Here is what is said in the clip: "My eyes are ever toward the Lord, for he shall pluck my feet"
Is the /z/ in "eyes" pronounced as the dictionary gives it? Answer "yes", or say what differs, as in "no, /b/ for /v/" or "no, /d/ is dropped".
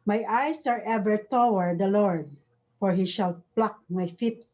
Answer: no, /s/ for /z/